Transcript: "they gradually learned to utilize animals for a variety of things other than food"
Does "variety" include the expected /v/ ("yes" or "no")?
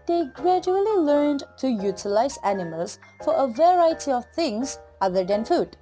yes